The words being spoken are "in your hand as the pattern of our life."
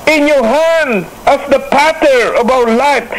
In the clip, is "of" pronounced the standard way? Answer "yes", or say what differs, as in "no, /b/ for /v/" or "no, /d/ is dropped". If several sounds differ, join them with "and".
no, /b/ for /v/